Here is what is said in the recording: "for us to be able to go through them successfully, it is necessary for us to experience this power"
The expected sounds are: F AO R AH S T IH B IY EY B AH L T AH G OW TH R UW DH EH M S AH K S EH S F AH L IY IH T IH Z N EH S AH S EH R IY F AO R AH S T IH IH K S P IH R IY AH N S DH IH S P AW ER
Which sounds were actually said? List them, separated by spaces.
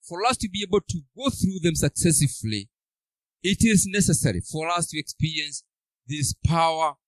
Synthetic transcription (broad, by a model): F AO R AH S T IH B IY EY B AH L T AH G OW TH R UW DH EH M S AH K S EH S AH L IY IH T IH Z N EH S AH S EH R IY F AO R AH S T IH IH K S P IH R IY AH N S DH IH S P AW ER